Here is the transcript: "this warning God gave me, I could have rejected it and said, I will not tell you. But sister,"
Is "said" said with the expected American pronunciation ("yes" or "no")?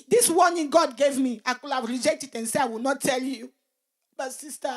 no